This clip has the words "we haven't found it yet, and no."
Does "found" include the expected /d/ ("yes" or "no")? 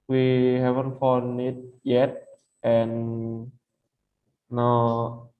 no